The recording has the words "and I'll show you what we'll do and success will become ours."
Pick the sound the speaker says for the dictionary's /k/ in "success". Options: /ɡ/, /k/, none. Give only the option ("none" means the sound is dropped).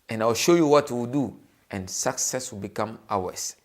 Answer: /k/